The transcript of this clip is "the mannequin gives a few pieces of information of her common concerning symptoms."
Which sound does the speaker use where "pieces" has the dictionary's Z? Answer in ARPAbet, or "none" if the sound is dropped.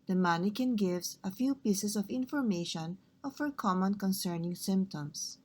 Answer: S